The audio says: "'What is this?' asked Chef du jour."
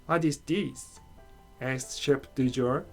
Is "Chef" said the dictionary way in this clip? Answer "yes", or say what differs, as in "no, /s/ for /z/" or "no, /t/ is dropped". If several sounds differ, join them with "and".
no, /p/ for /f/